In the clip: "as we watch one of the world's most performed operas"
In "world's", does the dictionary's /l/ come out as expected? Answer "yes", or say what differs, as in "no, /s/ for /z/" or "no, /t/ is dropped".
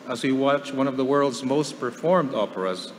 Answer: yes